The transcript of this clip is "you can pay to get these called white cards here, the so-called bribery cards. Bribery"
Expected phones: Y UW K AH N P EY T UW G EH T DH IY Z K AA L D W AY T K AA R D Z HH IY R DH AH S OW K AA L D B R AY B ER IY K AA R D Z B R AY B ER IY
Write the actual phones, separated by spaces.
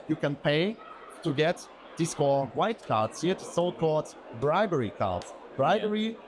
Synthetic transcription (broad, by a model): Y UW K AH N P EY T UW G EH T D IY S K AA W AY T K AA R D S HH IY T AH S OW K AA L D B R AY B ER IY K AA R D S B R AY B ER IY